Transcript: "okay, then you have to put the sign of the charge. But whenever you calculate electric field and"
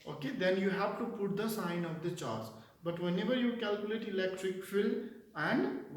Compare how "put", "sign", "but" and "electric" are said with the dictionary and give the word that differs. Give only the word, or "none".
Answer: none